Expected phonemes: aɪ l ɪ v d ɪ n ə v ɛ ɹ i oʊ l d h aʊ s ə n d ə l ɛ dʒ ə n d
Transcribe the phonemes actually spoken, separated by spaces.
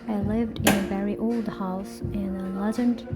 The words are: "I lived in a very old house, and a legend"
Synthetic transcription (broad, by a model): aɪ l ɪ v d ɪ n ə v ɛ ɹ i oʊ l d h aʊ s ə n ə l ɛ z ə n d